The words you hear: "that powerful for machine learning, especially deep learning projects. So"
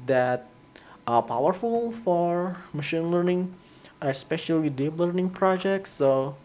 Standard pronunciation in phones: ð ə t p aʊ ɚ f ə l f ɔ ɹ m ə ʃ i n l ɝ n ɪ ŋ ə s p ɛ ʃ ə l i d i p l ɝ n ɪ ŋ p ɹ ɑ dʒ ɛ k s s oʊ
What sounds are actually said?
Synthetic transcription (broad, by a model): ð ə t p aʊ ɚ f ə l f ɔ ɹ m ə ʃ i n l ɝ n ɪ ŋ ə s p ɛ ʃ ə l i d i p l ɝ n ɪ ŋ p ɹ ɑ dʒ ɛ k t s oʊ